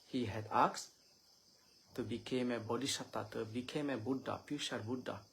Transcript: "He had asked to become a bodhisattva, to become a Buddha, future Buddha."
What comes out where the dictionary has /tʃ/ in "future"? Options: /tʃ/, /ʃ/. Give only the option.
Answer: /ʃ/